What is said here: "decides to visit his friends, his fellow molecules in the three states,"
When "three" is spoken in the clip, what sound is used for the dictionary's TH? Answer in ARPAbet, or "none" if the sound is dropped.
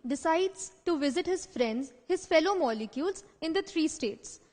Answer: T